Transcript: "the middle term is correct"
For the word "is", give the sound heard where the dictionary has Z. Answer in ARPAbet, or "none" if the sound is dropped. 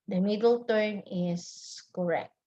S